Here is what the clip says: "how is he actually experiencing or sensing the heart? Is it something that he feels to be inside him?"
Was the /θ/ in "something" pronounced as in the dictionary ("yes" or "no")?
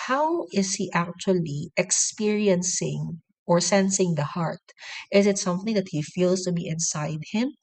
yes